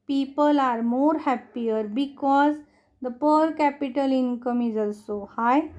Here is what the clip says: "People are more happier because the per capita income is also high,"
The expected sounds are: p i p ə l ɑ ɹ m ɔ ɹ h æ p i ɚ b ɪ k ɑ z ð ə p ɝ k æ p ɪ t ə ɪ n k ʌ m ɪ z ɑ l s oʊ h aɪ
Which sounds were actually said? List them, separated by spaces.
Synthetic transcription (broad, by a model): p i p ə l ɑ ɹ m ɔ ɹ h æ p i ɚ b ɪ k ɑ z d ə p ɝ k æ p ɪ t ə ɪ n k ʌ m ɪ z ɑ l s oʊ h aɪ